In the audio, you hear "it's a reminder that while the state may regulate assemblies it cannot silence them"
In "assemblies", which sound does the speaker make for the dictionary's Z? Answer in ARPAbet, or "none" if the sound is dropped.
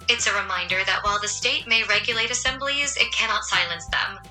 Z